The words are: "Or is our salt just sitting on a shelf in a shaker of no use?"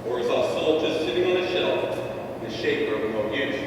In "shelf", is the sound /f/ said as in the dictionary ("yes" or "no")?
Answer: no